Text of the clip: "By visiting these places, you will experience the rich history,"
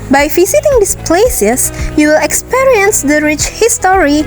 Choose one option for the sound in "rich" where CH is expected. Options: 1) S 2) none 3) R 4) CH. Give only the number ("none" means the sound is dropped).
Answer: 4